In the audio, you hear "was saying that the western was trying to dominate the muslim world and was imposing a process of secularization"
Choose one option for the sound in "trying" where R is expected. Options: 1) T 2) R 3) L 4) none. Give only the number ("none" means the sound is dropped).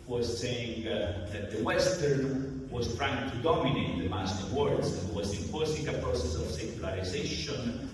2